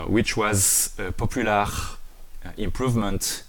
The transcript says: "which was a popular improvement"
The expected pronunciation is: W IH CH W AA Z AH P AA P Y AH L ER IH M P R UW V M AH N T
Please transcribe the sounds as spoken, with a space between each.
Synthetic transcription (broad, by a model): W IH CH W AA Z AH P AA P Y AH L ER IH M P R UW V M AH N T